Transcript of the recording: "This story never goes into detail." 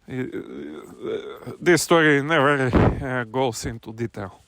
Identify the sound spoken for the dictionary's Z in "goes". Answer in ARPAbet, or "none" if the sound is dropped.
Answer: S